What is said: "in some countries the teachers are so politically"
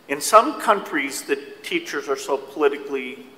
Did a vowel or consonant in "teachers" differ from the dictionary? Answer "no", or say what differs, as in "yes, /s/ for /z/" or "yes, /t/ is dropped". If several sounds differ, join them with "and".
no